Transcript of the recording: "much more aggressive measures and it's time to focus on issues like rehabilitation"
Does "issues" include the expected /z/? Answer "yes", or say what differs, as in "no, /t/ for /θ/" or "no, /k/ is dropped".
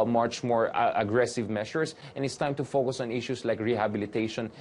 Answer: no, /s/ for /z/